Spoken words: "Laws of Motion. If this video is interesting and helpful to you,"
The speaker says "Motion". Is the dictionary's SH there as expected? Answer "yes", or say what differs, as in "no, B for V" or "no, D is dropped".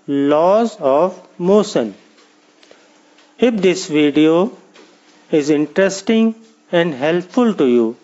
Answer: no, S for SH